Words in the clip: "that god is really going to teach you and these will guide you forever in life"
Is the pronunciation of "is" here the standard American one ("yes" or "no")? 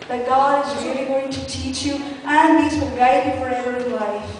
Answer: yes